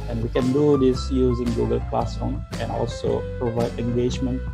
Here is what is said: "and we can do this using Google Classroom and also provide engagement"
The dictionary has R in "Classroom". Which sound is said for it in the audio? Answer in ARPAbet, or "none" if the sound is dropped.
none